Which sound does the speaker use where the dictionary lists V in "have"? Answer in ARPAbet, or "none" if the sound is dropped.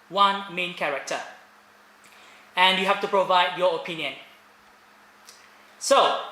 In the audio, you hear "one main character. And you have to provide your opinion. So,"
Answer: F